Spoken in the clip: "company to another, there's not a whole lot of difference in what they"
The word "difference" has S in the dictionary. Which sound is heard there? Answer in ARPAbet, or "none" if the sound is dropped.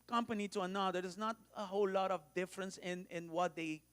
S